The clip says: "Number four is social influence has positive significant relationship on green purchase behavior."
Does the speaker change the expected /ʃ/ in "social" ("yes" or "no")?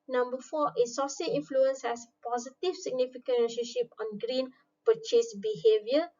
yes